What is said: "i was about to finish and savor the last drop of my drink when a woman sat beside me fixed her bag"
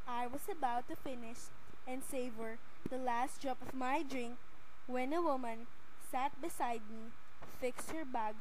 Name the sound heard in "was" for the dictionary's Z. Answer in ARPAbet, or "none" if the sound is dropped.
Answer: S